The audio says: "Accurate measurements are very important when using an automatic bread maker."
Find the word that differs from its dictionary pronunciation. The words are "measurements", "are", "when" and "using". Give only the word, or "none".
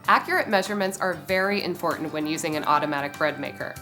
none